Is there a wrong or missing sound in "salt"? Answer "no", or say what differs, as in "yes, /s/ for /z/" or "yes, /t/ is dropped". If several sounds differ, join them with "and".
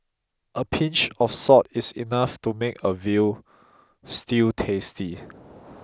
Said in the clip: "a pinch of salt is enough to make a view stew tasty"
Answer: yes, /l/ is dropped